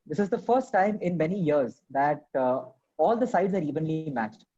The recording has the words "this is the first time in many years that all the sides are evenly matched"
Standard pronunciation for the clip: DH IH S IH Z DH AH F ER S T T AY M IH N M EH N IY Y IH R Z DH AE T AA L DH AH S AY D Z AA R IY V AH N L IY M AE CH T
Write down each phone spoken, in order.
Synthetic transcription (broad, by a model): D IH S IH Z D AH F ER S T T AY M IH N M EH N IY Y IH R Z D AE T AA L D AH S AY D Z AA R IY V AH N L IY M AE CH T